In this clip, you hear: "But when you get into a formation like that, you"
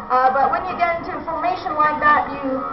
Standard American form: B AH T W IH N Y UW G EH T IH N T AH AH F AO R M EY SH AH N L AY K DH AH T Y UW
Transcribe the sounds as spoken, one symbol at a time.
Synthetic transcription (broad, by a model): B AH T W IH N Y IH G EH T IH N T AH F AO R M EY SH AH N W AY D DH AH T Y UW